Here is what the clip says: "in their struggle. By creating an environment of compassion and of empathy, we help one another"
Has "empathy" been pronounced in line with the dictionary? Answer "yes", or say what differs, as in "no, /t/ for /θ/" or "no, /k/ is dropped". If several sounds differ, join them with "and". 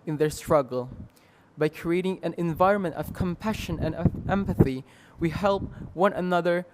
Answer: yes